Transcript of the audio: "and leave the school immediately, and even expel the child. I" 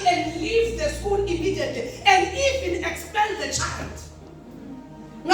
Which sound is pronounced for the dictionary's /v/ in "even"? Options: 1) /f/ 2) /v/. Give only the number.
1